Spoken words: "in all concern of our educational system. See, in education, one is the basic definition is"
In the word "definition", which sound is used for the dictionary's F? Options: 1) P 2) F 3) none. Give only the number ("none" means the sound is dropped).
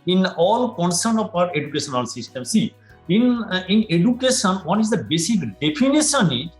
1